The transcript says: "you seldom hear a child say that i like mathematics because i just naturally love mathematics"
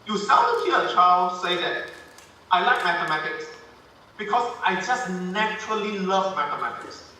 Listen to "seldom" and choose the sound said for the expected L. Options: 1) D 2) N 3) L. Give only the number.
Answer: 2